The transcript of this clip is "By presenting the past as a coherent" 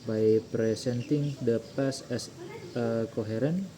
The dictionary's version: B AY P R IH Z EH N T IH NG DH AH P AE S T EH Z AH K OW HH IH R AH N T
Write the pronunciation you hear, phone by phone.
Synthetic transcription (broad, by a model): B AY P R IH S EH N T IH NG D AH P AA S EH S AH K OW HH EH R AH N